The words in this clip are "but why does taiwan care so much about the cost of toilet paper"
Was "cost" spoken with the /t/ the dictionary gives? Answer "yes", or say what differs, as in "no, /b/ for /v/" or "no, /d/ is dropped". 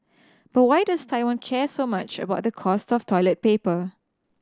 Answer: yes